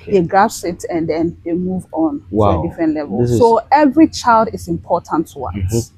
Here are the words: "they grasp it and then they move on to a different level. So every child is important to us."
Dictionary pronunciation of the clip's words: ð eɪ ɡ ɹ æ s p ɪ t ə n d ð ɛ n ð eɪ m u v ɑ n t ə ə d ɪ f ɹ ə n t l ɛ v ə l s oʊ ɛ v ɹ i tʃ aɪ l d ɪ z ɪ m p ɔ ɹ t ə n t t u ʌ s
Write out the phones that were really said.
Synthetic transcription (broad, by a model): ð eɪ ɡ ɑ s ɪ t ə n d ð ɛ n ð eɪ m u v ɑ n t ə ə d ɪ f ɹ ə n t l ɛ v ə l s oʊ ɛ v ɹ i tʃ aɪ l d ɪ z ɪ m p ɔ t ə n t t u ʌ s